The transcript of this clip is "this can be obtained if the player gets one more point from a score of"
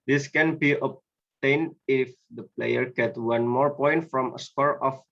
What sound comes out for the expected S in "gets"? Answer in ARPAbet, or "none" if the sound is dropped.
none